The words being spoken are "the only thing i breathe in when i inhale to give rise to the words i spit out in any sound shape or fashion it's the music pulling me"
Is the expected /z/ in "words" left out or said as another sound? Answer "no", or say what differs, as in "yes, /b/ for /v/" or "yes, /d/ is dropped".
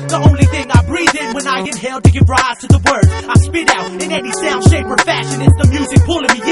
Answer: yes, /z/ is dropped